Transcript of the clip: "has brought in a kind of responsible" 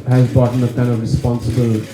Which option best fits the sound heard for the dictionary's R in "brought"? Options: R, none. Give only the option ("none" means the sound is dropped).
none